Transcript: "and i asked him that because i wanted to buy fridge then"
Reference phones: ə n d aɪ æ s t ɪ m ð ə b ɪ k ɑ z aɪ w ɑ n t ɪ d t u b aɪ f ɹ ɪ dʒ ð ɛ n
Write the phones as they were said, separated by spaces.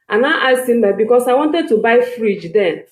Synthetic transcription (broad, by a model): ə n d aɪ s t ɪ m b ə b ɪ k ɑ s aɪ w ɑ n t ɪ d t u b aɪ f ɹ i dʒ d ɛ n